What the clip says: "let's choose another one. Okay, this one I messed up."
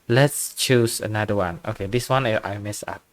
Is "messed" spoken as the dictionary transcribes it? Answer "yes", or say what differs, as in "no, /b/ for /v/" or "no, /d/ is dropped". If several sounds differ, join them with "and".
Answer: no, /t/ is dropped